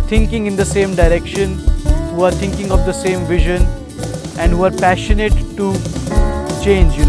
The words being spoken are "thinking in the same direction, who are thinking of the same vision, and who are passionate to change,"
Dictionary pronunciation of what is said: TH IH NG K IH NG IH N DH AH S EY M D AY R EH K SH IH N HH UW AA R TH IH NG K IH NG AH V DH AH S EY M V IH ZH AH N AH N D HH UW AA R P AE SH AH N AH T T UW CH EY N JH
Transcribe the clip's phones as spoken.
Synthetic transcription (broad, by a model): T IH NG K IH NG IH N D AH S EY M D AY R EH K SH IH N HH UW AA R T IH NG K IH NG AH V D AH S EY M V IH ZH AH N AH N D HH UW AA R P AE SH AH N AH T T UW CH EY N JH